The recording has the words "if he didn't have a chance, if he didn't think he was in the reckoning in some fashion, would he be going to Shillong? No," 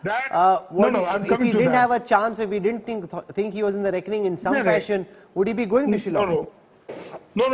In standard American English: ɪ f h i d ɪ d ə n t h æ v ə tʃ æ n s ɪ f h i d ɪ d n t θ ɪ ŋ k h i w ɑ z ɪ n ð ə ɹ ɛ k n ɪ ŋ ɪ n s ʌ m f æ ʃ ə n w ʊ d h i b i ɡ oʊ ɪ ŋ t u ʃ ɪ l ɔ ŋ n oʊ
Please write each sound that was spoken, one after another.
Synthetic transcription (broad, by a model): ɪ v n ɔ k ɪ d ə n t h æ v ə tʃ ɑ n s ɪ f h i d ɪ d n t t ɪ ŋ k h i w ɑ z ɪ n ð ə ɹ ɛ k n ɪ ŋ ɪ n s ʌ m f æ ʃ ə n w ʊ d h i b i ɡ oʊ ɪ ŋ t u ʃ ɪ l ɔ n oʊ